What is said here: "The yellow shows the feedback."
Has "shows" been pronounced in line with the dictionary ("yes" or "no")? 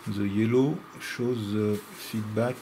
yes